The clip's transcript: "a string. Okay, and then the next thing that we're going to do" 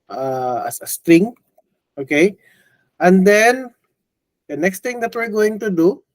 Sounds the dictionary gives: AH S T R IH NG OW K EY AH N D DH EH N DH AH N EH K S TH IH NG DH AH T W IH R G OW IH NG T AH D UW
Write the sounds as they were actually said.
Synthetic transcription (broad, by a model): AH S T R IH NG OW K EY AH N D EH N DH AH N EH K S T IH NG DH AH T W IH R G OW IH NG T AH D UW